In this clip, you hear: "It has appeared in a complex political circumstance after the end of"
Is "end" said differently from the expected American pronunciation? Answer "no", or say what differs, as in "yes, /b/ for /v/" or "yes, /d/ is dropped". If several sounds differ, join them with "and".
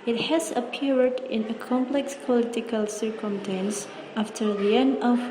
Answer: yes, /d/ is dropped